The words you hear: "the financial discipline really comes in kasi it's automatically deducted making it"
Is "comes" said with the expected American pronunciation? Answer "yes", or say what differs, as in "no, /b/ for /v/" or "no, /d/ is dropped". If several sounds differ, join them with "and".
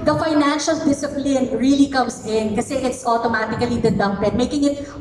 no, /s/ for /z/